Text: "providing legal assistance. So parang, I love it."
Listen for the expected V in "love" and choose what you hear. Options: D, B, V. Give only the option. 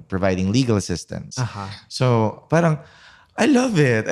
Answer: V